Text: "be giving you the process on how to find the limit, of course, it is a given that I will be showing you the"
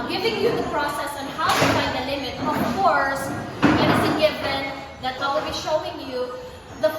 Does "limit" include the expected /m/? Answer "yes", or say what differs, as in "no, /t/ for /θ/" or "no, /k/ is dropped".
yes